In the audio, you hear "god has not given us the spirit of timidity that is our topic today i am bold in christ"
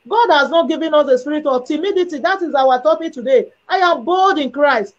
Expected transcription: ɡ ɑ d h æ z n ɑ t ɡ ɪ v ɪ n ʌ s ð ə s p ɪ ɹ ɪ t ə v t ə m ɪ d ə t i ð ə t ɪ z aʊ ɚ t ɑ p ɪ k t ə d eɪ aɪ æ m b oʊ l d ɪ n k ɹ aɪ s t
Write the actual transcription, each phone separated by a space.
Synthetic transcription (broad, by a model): ɡ ɑ d h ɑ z n ɑ t ɡ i v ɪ n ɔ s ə s p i ɹ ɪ t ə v t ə m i d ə t i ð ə t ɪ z aʊ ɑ t ɑ p ɪ k t ə d eɪ aɪ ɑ m b oʊ l d ɪ n k ɹ aɪ s t